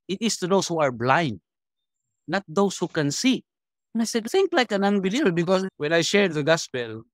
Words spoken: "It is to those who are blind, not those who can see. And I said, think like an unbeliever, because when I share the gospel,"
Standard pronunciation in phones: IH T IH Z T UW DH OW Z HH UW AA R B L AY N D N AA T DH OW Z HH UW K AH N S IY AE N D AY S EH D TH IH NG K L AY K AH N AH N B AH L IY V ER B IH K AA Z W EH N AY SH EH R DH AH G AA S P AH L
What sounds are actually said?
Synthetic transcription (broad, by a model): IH T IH S T UW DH OW S HH UW AA R B L AY N D N AA T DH OW S HH UW K AH N S IY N AY S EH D TH IH NG K L AY K AH N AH N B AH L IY B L B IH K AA S W EH N AY SH EH R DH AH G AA S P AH L